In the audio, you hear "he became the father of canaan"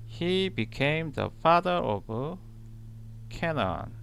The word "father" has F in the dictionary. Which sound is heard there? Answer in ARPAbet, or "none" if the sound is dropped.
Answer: F